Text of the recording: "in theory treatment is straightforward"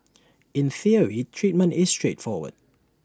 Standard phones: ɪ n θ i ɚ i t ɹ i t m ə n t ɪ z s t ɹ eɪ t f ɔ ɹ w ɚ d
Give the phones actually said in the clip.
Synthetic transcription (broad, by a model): ɪ n θ i ɚ i t ɹ i t m ə n t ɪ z s t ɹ eɪ t f ɔ w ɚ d